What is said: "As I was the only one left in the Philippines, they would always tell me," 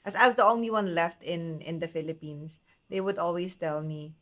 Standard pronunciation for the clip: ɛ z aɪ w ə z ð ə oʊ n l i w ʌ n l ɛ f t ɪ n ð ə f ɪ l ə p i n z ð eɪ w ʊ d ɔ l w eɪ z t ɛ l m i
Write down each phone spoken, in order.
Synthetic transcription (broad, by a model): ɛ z aɪ w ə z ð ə oʊ n l i w ʌ n l ɛ f t ɪ n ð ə f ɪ l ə p i n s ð eɪ w ʊ d ɔ l w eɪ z t ɛ l m i